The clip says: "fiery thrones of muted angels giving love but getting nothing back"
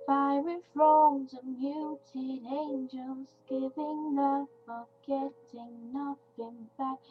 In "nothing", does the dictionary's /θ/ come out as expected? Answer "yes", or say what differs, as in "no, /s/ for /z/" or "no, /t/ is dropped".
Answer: no, /t/ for /θ/